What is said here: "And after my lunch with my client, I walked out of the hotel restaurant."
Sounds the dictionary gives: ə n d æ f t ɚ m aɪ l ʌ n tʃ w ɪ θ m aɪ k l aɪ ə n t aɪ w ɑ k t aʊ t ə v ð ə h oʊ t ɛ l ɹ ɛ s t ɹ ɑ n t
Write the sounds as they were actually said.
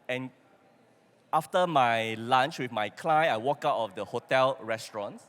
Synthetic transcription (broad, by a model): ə n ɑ f t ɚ m aɪ l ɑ n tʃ w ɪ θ m aɪ k l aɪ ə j aɪ w ɑ k aʊ t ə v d ə h oʊ t ɛ l ɹ ɛ s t ɹ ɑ n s